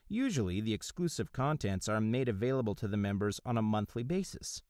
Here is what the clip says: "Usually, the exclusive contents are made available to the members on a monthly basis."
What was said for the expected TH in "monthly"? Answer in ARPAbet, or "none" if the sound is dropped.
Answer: TH